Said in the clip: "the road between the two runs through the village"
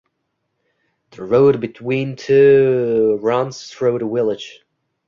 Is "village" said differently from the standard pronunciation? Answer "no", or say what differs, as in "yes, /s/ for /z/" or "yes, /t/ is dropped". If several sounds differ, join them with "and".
yes, /w/ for /v/